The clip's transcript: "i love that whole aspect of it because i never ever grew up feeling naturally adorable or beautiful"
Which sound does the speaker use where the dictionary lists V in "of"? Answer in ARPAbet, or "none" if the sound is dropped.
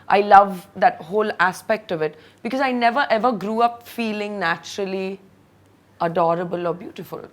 V